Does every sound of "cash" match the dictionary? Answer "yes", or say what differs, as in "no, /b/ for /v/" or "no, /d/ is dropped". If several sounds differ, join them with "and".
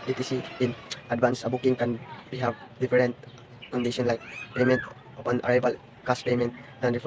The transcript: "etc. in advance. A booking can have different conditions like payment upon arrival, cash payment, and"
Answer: no, /s/ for /ʃ/